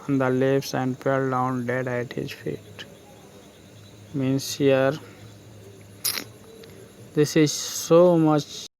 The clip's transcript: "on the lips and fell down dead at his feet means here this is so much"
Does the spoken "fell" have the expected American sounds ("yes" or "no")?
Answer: no